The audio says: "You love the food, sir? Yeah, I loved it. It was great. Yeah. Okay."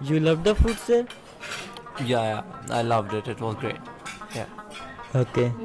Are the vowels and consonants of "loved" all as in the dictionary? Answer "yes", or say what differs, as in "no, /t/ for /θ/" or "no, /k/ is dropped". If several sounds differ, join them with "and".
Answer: yes